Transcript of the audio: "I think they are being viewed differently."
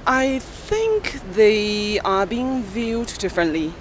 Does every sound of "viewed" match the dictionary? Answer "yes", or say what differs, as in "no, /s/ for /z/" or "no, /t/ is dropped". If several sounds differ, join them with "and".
yes